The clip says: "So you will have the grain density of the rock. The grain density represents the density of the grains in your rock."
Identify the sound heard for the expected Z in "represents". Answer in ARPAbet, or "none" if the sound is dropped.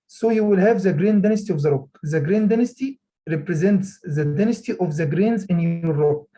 Z